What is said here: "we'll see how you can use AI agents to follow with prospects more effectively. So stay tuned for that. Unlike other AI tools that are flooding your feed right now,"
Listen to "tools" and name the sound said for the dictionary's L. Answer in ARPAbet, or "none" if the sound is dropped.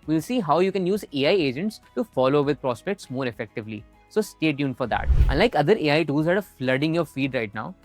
none